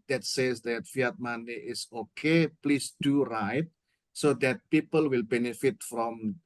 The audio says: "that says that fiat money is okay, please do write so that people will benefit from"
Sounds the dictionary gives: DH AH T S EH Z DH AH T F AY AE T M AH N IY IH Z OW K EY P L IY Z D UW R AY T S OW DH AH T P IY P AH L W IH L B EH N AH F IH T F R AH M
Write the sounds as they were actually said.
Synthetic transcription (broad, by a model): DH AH T S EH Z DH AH T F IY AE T M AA N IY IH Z OW K EY P L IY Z D UW R AY T S OW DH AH T P IY P AH L W IH L B EH N AH F IH T F R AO M